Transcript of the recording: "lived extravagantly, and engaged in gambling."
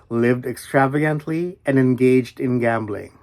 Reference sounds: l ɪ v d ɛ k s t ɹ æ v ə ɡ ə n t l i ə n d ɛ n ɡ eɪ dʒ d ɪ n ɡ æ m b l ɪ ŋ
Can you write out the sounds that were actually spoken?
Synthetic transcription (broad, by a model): l ɪ v d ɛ k s t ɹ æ v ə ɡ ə n t l i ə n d ɛ n ɡ eɪ dʒ d ɪ n ɡ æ m b l ɪ ŋ